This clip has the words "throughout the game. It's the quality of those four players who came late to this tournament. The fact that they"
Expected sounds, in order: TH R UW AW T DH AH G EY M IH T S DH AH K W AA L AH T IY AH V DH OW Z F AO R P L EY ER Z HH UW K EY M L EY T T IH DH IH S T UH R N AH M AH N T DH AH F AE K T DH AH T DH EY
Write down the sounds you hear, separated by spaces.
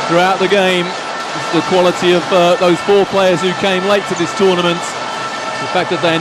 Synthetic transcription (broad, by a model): TH R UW AW T DH AH G EY IH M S DH AH K W AA L AH T IY AH V DH OW Z F AO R P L EY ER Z HH UW K EY M L EY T T IH DH IH S T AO R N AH M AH N T DH AH F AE K DH AH T DH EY